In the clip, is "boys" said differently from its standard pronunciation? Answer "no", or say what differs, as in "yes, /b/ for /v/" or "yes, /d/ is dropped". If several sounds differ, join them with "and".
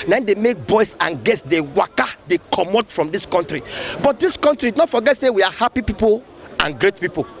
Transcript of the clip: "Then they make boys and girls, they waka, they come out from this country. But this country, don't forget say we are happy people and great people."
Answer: yes, /s/ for /z/